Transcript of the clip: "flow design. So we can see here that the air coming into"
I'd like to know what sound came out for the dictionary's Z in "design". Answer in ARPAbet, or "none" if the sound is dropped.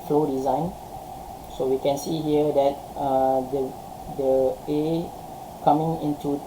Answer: Z